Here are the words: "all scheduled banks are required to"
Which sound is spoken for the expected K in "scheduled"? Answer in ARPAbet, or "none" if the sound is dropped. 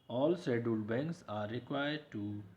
none